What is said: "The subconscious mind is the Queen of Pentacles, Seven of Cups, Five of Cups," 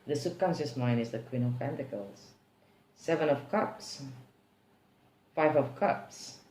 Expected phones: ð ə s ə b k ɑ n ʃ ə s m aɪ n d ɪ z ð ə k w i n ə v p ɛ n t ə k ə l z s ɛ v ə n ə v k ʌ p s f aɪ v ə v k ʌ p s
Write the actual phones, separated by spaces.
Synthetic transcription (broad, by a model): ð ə s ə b k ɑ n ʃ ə s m aɪ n ɪ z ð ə k w i n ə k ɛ n t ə k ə l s s ɛ v ə n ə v k ʌ p s f aɪ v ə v k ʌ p s